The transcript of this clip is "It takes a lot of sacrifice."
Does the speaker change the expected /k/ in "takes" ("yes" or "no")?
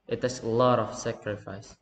yes